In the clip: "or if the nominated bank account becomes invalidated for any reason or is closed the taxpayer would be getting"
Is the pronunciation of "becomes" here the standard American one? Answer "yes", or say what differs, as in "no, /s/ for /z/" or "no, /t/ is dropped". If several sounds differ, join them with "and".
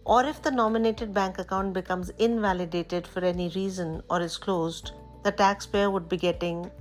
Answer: yes